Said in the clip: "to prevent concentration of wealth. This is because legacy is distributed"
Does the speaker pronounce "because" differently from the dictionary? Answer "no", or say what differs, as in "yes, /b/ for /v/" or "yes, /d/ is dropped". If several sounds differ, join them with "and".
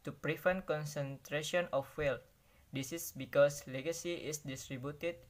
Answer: yes, /s/ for /z/